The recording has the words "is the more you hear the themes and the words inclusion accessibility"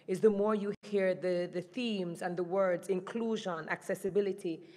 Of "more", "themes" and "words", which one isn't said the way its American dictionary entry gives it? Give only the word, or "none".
none